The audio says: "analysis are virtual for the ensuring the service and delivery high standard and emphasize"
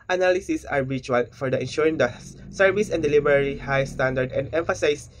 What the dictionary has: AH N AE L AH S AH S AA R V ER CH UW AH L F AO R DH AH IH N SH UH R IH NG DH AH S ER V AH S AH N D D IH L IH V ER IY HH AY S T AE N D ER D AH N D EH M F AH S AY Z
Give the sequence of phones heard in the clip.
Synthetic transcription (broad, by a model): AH N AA L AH S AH S AA R B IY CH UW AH L F AO R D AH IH N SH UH R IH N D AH S ER V AH S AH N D D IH L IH B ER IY HH AY S T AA N D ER D AH N D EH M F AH S AY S